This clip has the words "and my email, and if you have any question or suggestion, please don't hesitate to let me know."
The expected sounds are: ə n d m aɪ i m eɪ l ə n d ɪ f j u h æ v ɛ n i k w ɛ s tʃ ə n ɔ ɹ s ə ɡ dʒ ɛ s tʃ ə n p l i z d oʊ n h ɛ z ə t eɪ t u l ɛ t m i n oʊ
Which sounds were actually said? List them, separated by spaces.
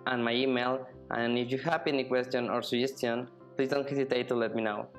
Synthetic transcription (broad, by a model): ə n m aɪ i m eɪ l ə n ɪ f j u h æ p ɛ n i k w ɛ s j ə n ɔ ɹ s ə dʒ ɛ s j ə n p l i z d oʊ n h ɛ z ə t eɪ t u l ɛ t m i n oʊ